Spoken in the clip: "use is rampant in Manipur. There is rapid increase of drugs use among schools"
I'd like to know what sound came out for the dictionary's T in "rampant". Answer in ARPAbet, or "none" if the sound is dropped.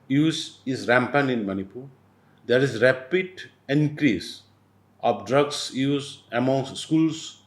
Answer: none